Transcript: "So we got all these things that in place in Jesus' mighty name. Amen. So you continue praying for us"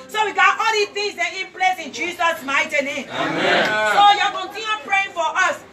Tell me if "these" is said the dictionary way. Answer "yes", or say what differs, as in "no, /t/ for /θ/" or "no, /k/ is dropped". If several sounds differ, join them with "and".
no, /z/ is dropped